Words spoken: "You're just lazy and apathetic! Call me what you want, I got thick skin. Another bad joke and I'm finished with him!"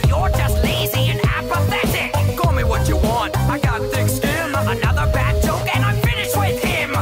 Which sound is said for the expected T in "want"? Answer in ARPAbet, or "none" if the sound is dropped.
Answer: T